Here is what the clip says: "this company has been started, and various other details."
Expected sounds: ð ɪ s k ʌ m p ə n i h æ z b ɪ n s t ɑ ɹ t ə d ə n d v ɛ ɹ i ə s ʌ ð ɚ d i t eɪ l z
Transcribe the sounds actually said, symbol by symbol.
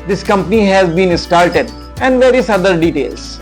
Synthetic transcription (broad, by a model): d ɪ s k ʌ m p ə n i h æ z b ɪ n s t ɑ l t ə d ə n d v ɛ ɹ i ə s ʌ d ɚ d i t eɪ l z